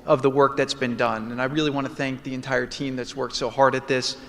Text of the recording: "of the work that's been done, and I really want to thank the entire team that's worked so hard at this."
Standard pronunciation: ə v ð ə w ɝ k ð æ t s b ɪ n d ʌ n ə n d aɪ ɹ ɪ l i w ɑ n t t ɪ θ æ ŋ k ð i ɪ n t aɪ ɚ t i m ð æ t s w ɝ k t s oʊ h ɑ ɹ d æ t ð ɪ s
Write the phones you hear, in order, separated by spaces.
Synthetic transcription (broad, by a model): ə v ð ə w ɝ k ð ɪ t s b ɪ n d ʌ n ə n aɪ ɹ ɪ l i w ɑ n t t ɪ θ æ ŋ k ð i ɪ n t aɪ ɚ t i m ð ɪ t s w ɝ k t s oʊ h ɑ ɹ d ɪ t ð ɪ s